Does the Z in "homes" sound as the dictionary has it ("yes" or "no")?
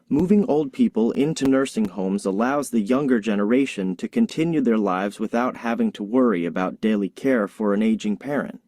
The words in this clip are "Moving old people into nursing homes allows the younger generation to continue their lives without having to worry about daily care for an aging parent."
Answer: yes